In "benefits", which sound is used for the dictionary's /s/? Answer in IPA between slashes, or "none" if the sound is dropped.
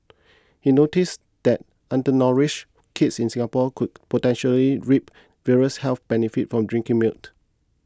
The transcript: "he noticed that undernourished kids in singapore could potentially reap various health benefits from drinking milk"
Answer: none